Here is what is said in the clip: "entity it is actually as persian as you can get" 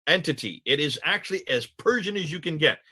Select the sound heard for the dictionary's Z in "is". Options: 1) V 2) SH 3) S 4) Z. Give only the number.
4